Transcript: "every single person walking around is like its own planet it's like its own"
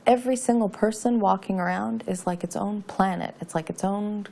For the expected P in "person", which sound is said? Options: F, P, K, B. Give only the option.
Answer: P